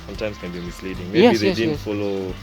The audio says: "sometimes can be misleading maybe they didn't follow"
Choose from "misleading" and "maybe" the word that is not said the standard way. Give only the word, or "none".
maybe